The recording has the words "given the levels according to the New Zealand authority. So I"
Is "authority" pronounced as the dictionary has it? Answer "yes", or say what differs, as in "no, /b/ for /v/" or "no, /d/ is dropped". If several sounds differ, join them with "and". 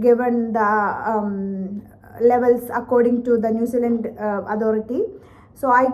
no, /t/ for /θ/